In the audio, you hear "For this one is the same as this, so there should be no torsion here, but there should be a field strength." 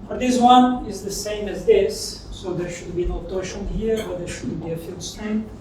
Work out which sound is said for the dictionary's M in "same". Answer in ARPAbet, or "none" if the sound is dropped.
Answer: M